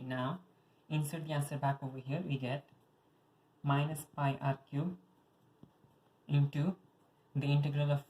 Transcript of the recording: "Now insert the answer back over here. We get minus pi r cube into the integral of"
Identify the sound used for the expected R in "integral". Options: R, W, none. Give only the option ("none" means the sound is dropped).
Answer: R